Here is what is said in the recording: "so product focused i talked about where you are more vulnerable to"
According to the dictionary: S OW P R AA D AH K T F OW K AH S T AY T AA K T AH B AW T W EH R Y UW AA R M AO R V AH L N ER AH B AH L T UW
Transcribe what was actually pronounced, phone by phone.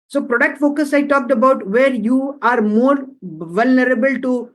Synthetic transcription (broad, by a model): S OW P R AA D AH K T F OW K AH S AY T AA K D AH B AW T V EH R Y UW AA R M AO R V AH L N ER AH B AH L T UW